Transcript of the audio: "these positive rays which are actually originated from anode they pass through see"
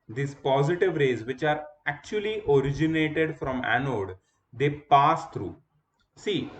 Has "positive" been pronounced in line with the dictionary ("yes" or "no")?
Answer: yes